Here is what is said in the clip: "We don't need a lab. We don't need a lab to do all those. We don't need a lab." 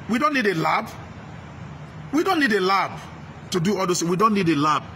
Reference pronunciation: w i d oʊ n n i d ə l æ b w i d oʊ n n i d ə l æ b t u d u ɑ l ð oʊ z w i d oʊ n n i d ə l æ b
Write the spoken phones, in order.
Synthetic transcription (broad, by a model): w i d oʊ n n i d ə l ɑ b w i d oʊ n n i d ə l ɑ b t u d u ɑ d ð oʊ s w i d oʊ n n i d ə l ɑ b